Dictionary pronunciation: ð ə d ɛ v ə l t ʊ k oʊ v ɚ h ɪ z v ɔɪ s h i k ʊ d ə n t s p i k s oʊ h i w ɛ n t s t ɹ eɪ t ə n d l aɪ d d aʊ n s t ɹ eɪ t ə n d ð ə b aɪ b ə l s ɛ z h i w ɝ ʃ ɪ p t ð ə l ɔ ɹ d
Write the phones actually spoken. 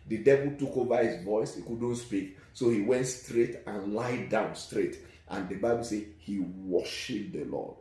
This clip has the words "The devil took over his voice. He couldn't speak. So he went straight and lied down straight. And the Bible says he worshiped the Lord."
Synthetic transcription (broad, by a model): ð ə d ɛ v ə l t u k oʊ v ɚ h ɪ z v ɔɪ s h i k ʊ d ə n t s p i k s oʊ h i w ɛ n t s t ɹ eɪ t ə n l aɪ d d aʊ n s t ɹ eɪ t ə n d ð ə b aɪ b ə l s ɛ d h i w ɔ ʃ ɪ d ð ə l ɔ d